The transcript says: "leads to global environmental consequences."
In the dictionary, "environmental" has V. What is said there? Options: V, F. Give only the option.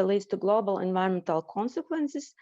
V